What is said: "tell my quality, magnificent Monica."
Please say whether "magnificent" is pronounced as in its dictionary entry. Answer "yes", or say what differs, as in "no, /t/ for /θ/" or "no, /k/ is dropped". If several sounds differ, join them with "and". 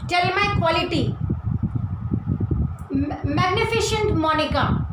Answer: no, /ʃ/ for /s/